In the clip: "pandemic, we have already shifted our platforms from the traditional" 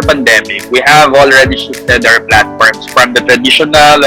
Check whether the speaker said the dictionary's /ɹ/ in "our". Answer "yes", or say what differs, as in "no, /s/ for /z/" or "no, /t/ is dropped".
no, /w/ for /ɹ/